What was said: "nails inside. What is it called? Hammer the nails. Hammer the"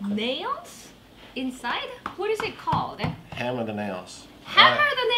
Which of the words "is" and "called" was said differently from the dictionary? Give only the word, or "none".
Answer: none